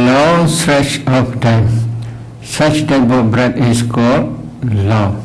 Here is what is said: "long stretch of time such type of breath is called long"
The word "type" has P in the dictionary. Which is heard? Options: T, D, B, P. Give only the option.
B